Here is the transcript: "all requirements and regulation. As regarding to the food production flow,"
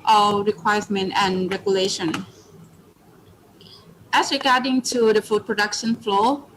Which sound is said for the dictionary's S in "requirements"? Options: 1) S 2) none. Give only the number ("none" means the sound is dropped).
2